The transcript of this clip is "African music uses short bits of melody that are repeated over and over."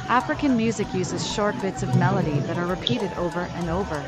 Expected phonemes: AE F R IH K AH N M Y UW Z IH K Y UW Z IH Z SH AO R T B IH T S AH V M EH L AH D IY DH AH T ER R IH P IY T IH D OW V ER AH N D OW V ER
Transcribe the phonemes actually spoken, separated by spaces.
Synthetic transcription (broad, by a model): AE F R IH K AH N M Y UW Z IH K Y UW Z IH Z SH AO R T B IH T S AH V M EH L AH D IY DH AH T ER R IH P IY T IH D OW V ER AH N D OW V ER